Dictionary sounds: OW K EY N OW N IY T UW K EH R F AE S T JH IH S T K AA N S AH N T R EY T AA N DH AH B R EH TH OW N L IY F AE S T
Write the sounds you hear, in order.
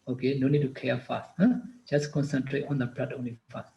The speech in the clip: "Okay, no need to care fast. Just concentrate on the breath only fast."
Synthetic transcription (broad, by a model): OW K EY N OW N IY T UW K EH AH F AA S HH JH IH S K AA N S AH N T R EY T AA N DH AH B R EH T OW N L IY F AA S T